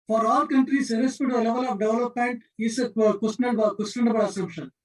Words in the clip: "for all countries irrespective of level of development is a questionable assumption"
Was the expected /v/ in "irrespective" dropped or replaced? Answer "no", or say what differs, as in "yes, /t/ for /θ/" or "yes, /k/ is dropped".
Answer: yes, /v/ is dropped